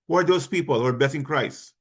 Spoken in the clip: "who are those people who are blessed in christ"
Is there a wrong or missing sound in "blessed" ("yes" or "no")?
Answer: yes